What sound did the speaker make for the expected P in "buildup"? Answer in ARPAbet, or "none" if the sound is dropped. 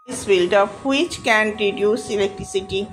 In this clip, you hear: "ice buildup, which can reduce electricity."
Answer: F